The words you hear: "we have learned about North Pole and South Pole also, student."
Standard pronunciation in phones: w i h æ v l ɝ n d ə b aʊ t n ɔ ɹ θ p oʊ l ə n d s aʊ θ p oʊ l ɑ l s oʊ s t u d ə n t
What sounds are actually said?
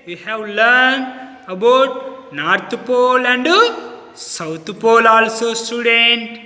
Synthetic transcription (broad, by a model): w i h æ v l ɝ n d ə b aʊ t n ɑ ɹ t p oʊ l ə n d s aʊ t p oʊ l ɑ l s oʊ s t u d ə n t